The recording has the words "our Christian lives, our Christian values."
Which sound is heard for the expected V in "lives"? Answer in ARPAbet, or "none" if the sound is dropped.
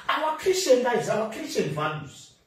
none